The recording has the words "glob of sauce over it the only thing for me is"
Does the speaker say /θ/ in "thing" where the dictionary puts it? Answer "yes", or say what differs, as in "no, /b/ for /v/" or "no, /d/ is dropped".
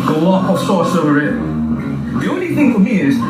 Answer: yes